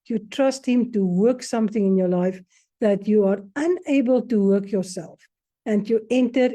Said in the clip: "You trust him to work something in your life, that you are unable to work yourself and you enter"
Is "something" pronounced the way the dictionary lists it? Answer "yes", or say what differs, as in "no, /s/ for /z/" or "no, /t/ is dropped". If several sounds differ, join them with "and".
yes